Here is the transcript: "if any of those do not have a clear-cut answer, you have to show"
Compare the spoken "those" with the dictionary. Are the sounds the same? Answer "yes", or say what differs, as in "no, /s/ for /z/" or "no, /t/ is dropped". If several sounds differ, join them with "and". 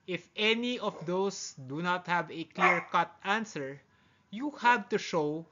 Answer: no, /s/ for /z/